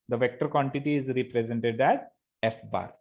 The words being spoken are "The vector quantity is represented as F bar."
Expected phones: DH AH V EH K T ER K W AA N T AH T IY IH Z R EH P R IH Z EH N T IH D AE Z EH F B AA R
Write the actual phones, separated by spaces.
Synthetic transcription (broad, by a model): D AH V EH K T ER K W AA N T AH T IY IH Z R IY P R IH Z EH N T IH D AE Z EH F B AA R